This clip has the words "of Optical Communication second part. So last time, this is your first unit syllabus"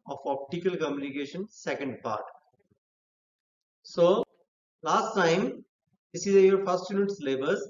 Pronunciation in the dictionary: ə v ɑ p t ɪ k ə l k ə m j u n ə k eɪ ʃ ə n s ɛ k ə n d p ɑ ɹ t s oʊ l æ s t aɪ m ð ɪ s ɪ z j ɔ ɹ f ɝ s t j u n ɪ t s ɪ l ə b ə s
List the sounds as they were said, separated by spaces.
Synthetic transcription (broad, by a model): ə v ɑ p t ɪ k ə l k ə m j u n ə k eɪ ʃ ə n s ɛ k ə n d p ɑ ɹ t s oʊ l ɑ s t aɪ m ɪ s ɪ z j ɔ ɹ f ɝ s t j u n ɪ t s l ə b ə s